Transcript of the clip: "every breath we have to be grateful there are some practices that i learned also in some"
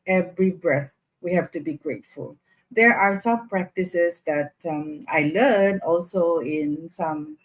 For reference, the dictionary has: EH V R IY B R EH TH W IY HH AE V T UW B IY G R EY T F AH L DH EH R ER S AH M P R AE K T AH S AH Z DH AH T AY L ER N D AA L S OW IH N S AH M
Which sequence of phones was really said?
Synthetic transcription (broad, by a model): EH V R IY B R EH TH W IY HH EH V T UW B IY G R EY T F AH L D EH R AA S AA M P R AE K T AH S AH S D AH T AY L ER N AA L S OW IH N S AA M